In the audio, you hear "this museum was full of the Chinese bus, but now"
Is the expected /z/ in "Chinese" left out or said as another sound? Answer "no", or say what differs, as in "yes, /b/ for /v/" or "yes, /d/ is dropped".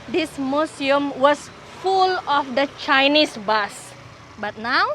yes, /s/ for /z/